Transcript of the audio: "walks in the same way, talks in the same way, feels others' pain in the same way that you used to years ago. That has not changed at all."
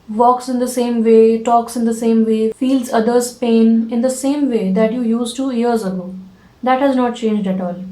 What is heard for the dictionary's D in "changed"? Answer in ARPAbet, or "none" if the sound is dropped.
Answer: D